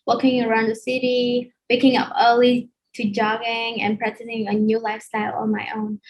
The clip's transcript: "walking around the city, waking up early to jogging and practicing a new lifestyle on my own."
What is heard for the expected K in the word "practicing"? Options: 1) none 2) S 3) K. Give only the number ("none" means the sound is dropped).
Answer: 1